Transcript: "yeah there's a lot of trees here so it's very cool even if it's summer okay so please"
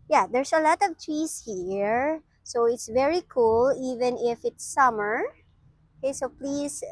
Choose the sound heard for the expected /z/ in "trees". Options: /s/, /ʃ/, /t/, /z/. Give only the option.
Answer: /s/